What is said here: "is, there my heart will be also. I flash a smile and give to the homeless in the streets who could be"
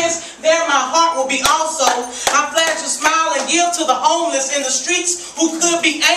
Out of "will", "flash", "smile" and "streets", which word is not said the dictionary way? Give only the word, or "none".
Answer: flash